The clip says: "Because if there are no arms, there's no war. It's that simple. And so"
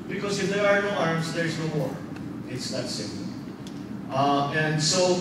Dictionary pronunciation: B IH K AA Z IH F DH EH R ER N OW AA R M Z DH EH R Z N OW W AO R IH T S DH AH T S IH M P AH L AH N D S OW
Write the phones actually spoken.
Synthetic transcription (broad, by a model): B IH K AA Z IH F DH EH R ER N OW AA R M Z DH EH R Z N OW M AO R IH T S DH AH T S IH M AH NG AH N D S OW